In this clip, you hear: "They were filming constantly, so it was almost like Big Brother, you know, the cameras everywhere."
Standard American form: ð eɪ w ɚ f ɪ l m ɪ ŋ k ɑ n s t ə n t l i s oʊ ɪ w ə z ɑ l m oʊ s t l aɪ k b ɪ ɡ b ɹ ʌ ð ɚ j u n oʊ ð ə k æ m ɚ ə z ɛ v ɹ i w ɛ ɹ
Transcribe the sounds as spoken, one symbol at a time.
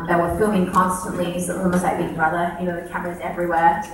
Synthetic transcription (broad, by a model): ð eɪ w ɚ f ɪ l ɪ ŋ k ɑ n s t ə n t l i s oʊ ɪ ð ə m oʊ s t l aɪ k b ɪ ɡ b ɹ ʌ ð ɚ j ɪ n oʊ ð ə k æ m ɚ ə z ɛ v ɹ i w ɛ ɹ